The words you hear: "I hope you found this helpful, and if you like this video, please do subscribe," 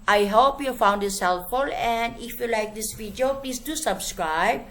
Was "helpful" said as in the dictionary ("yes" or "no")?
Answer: no